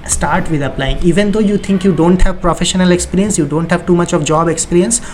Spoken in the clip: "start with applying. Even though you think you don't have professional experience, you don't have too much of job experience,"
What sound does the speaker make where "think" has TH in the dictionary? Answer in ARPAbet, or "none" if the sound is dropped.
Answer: T